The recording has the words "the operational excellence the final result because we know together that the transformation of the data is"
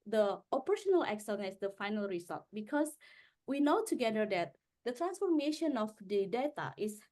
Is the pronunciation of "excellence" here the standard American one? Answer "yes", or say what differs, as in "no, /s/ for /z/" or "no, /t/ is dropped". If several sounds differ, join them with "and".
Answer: no, /n/ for /l/ and /n/ is dropped